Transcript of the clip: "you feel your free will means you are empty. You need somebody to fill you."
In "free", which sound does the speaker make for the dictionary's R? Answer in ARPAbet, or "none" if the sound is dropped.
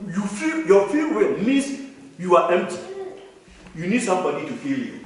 none